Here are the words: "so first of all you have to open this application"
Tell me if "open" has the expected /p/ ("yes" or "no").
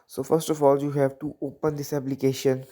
yes